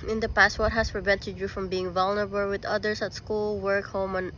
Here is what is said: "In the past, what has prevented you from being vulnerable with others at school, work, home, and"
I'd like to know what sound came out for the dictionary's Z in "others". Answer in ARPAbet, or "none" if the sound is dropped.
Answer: S